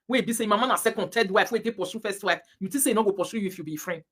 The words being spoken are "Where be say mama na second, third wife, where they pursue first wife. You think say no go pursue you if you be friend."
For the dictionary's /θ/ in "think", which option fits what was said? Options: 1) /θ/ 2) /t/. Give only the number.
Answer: 2